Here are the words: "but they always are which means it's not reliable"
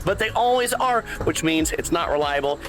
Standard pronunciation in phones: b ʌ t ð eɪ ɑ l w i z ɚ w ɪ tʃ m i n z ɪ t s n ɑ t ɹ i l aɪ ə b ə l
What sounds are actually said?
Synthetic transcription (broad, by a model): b ʌ t ð eɪ ɑ l w i z ɚ w ɪ tʃ m i n z ɪ t s n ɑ t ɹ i l aɪ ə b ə l